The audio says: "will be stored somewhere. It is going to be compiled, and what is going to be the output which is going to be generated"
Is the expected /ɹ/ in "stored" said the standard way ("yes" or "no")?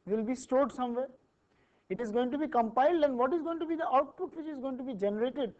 yes